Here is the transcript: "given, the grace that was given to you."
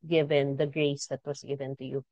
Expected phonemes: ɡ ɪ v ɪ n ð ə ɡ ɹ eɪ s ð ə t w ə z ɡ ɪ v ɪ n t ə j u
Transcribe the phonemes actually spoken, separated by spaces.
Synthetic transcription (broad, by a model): ɡ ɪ v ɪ n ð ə ɡ ɹ eɪ s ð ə t w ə s ɡ ɪ v ɪ n t ə j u